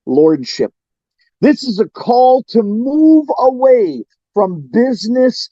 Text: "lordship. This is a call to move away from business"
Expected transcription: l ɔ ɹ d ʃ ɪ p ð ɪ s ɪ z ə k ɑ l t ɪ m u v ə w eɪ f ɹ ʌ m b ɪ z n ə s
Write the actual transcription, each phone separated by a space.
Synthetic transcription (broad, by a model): l ɔ ɹ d ʃ ɪ p ð ɪ s ɪ z ə k ɑ l t ɪ m u v ə w eɪ f ɹ ʌ m b ɪ z n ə s